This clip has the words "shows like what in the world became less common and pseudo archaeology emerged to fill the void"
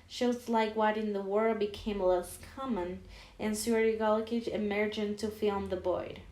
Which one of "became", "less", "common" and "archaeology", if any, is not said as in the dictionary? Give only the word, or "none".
archaeology